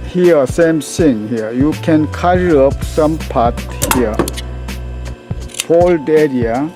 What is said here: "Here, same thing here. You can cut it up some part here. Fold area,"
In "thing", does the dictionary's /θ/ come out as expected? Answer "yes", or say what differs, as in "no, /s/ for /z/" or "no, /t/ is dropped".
no, /s/ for /θ/